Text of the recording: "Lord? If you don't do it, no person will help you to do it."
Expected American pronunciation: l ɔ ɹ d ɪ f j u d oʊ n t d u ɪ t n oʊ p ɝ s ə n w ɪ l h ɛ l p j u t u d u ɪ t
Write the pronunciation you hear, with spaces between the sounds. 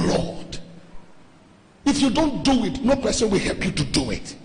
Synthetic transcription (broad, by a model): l ɔ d ɪ f j u d oʊ n t d u ɪ t n oʊ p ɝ s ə n w ɪ l h ɛ l p j u t u d u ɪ t